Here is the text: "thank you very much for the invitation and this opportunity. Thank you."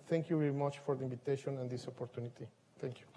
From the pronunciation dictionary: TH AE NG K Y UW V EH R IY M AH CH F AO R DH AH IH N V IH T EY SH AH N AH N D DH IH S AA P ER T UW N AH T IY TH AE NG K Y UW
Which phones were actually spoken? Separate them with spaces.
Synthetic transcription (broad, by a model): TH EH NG K Y UW V EH R IY M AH CH F AO R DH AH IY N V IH T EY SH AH N AH N D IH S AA P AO T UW N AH T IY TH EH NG K Y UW